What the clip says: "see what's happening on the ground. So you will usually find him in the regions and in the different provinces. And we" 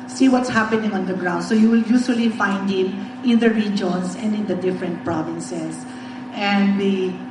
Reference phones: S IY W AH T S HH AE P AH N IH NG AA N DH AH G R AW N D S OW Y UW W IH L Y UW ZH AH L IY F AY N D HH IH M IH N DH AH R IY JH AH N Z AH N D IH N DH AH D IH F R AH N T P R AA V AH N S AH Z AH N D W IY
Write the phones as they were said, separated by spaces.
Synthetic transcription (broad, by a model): S IY W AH T S HH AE P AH N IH NG AA N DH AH G R AW N D S OW Y UW W IH L Y UW S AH L IY F AY N D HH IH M IH N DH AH R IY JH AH N S AH N D IH N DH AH D IH F R AH N T P R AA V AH N S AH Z AH N D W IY